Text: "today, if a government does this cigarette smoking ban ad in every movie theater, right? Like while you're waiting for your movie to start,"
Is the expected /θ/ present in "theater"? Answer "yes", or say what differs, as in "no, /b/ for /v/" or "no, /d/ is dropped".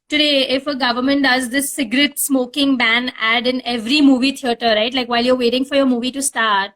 no, /t/ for /θ/